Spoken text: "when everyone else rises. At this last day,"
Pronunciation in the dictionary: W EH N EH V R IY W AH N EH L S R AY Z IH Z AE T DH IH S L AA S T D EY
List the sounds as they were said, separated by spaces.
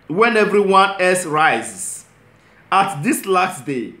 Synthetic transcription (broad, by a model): W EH N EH V R IY W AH N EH S R AY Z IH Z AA T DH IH S L AA S T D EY